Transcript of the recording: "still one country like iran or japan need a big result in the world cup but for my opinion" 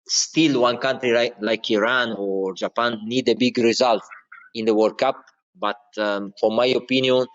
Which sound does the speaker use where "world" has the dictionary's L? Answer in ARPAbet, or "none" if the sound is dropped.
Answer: none